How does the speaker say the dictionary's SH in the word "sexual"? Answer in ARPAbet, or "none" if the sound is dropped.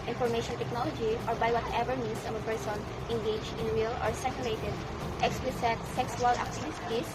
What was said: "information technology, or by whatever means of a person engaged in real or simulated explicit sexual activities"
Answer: S